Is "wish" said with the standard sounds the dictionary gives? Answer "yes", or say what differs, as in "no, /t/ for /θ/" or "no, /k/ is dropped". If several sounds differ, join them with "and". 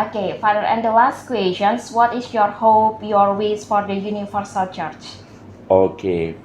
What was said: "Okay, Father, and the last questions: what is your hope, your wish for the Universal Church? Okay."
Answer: no, /s/ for /ʃ/